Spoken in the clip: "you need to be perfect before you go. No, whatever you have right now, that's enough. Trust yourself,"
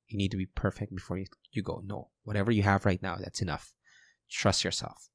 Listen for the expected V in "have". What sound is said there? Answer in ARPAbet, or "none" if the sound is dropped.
V